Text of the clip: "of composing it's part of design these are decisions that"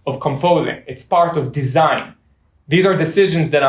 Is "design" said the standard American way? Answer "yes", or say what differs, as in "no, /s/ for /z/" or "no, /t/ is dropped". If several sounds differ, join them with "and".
yes